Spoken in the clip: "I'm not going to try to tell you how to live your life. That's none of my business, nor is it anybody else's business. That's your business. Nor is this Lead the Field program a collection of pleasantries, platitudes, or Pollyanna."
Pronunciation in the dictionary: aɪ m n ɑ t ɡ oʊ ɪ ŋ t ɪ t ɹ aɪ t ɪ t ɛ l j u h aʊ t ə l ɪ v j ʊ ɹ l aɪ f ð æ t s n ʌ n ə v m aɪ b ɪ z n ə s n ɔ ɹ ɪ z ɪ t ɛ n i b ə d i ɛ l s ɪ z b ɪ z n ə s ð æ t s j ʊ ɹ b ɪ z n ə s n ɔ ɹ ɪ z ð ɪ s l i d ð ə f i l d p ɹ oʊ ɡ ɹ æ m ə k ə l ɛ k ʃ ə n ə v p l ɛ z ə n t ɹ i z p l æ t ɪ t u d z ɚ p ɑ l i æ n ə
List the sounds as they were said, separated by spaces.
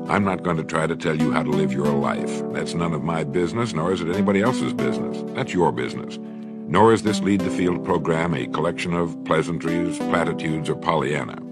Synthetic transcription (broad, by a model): aɪ m n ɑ t ɡ oʊ ɪ ŋ t ɪ t ɹ aɪ t ɪ t ɛ l j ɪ h aʊ t ə l ɪ v j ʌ ɹ l aɪ f ð æ t s n ʌ n ə v m aɪ b ɪ z n ə s n ɔ ɹ ɪ z ɪ t ɛ n i b ə d i ɛ l s ɪ z b ɪ z n ə s ð æ t s j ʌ ɹ b ɪ z n ə s n ɔ ɹ ɪ z ð ɪ s l i d ð ə f i l d p ɹ oʊ ɡ ɹ æ m ə k ə l ɛ k ʃ ə n ə v p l ɛ z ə n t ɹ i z p l æ t ɪ t u d z ɚ p ɑ l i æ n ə